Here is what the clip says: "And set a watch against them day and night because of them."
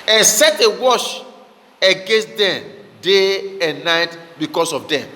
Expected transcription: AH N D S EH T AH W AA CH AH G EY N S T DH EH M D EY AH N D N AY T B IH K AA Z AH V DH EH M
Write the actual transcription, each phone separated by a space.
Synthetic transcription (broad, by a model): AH N S EH T AH W AA SH AH G EY N S T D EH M D EY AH N N AY T B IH K AA S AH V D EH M